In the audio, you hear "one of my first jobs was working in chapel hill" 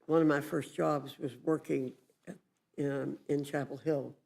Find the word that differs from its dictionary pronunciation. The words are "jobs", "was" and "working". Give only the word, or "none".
none